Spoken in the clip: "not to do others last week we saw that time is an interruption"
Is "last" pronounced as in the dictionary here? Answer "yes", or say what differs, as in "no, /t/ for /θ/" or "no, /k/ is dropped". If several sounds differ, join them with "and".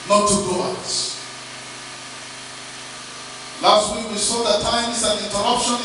yes